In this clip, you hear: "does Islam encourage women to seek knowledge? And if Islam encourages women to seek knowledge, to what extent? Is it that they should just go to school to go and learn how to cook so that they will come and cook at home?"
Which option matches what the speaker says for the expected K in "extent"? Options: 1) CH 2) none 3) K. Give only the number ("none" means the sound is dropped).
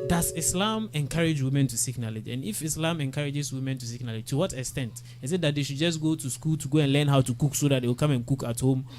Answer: 3